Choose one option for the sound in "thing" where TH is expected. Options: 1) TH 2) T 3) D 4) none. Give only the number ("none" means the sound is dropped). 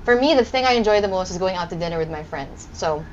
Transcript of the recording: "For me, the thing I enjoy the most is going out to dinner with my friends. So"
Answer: 1